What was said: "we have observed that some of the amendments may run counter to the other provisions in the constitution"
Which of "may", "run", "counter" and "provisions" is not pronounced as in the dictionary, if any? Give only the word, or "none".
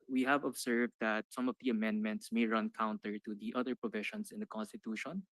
provisions